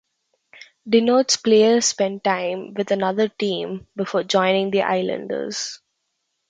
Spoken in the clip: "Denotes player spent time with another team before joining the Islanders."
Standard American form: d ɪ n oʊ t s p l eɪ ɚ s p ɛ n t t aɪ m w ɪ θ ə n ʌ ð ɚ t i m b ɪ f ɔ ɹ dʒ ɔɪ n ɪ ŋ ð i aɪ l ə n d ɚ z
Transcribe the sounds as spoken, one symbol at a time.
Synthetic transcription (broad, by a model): d ɪ n oʊ t s p l eɪ ɚ s p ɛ n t t aɪ m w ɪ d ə n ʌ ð ɚ t i m b ɪ f ɔ ɹ dʒ ɔɪ n ɪ ŋ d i aɪ l ə n d ɚ z